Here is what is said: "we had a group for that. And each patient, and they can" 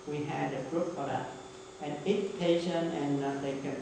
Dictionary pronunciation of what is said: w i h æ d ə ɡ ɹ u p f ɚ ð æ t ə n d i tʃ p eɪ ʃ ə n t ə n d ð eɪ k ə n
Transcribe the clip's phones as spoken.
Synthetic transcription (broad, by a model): w i h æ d ə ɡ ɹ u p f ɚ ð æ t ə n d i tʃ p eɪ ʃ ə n ə n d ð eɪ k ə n